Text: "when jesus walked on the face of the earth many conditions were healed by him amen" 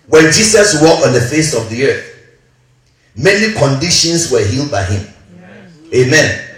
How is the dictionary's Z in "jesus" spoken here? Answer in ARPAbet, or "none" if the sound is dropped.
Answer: S